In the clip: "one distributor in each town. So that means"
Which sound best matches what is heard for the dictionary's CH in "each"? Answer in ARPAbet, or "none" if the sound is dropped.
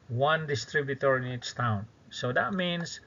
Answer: S